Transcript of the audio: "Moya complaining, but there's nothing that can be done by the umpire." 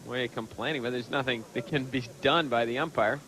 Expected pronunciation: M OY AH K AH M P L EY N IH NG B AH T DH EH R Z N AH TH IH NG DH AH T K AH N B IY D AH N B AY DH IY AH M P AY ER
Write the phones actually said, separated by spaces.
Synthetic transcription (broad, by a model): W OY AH K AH M P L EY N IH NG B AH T DH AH R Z N AH TH IH NG DH AH T K AH N B IY D AH N B AY DH IY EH M P AY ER